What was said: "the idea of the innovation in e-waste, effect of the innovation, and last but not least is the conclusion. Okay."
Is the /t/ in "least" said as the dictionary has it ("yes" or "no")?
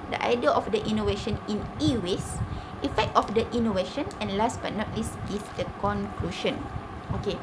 no